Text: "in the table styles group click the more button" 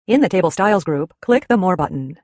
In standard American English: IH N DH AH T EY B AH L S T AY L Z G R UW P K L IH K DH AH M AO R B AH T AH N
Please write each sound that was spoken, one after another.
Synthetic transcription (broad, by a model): IH N DH AH T EY B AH L S T AY L Z G R UW P K L IH K DH AH M AO R B AH T N